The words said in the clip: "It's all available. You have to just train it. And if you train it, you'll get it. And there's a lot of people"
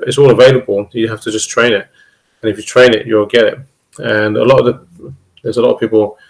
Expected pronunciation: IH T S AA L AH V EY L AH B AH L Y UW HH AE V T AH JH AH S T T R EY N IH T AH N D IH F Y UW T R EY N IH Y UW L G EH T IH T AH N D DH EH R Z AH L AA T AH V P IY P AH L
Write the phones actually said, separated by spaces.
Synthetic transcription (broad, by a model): IH T S AA L AH V EY L AH B AH L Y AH HH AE F T AH JH AH S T T R EY N IH T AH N IH F Y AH T R EY N IH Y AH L G EH T IH T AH N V DH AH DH Z AH L AA T AH V P IY P AH L